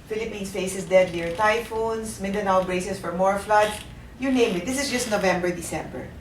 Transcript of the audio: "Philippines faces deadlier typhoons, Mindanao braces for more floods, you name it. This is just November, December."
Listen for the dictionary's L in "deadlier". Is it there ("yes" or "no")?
no